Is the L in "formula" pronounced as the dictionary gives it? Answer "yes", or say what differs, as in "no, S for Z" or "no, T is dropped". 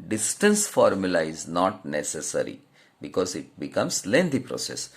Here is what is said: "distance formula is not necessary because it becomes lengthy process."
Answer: yes